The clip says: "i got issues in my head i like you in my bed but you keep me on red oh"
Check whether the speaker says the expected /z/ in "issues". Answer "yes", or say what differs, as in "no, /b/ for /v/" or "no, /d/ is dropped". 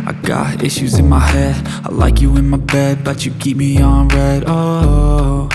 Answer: yes